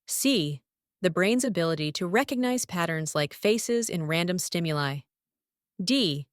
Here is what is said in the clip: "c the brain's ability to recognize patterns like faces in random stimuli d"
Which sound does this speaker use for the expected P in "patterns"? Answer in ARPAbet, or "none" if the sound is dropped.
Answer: P